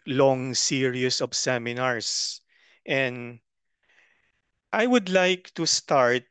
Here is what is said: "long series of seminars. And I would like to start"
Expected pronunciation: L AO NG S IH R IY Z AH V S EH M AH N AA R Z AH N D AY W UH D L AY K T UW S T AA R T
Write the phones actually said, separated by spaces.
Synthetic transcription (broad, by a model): L AO NG S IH R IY S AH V S EH M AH N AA R S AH N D AY W UH D L AY K T UW S T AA R T